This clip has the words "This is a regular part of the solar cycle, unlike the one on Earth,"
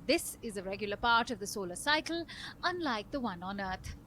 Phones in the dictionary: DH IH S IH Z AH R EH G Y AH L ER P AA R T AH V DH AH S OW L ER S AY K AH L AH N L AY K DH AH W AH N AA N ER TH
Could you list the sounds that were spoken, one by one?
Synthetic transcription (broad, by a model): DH IH S IH Z AH R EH G Y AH L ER P AA R T AH V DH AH S OW L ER S AY K AH L AH N L AY K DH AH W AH N AA N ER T